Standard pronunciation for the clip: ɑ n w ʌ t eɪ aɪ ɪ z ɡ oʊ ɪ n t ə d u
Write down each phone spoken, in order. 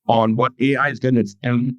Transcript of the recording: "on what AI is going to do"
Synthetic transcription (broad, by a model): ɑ n w ʌ t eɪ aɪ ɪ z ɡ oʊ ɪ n s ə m